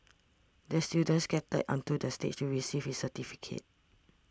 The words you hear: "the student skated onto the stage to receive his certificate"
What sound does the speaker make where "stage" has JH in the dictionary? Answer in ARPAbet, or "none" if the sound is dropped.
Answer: CH